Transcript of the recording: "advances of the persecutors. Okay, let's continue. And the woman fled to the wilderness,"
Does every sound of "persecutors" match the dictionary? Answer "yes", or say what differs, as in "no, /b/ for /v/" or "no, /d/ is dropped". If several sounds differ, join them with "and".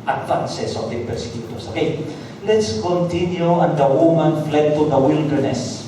no, /s/ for /z/